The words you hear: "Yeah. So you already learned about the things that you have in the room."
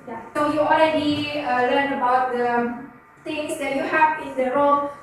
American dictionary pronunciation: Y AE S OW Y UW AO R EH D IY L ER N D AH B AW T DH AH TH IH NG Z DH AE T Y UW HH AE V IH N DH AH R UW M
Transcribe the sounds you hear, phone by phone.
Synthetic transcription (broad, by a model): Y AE S OW Y UW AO L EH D IY L ER N D AH B AW T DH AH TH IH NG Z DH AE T Y UW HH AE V IH N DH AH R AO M